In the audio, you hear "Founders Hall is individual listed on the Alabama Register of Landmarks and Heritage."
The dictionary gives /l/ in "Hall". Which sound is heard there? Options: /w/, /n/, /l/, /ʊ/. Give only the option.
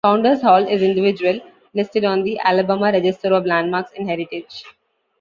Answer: /l/